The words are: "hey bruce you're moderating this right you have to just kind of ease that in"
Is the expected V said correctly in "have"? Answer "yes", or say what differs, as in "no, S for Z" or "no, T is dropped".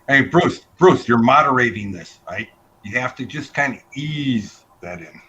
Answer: no, F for V